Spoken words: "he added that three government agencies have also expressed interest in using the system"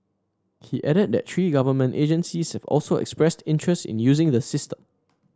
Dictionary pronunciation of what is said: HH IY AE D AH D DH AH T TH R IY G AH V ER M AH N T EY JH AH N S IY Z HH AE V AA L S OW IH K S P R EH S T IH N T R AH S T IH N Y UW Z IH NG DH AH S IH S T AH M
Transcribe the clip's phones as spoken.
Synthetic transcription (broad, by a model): HH IY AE D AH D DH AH T T R IY G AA V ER M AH N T EY JH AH N S IY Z HH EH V AA L S OW IH K S P R EH S T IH N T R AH S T IH N Y UW Z IH NG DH AH S IH S T AH M